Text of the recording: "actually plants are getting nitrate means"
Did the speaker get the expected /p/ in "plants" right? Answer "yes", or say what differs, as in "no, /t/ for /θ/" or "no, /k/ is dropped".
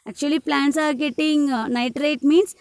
yes